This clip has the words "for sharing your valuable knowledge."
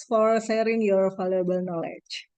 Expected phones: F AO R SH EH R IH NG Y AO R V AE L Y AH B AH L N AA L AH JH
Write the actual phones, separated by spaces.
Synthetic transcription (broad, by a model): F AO R S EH R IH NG Y AO R F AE L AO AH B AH L N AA L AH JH